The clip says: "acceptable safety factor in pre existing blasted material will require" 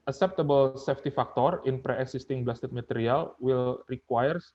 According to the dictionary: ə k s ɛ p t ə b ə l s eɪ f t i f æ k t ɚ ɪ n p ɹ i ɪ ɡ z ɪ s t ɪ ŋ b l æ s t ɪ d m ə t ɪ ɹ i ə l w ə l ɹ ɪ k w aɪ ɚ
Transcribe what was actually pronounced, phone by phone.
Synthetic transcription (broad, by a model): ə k s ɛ p t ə b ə l s eɪ f t i f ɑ k t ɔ ɪ n p ɹ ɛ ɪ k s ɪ s t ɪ ŋ b l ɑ s t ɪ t m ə t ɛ ɹ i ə l w ə l ɹ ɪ k w aɪ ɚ